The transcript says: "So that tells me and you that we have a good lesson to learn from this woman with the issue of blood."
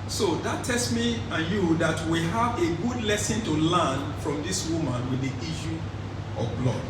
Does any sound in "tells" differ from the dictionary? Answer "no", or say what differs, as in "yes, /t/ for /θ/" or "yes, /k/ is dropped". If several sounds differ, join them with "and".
yes, /s/ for /z/